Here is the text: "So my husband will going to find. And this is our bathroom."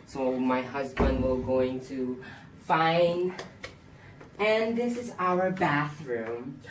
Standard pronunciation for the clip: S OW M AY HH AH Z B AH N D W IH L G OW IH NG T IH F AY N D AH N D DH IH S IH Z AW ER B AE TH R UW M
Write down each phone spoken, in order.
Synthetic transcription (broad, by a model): S OW M AY HH AH Z B AH N D W IH L G OW IH NG T IH F AY N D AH N DH IH S IH Z AW ER B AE TH R UW M